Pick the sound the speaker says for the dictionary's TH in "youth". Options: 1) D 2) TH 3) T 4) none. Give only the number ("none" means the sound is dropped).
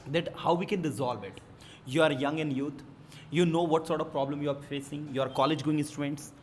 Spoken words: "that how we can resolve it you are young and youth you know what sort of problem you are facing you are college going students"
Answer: 3